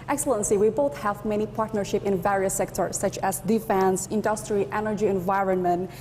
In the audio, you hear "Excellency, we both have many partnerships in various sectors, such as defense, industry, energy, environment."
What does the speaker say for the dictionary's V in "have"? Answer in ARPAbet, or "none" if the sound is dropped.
V